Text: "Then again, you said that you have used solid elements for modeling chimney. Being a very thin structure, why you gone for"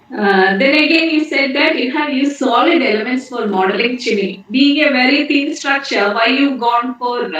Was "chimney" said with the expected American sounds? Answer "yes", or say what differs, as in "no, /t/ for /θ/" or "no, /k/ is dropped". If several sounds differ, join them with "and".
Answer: no, /m/ is dropped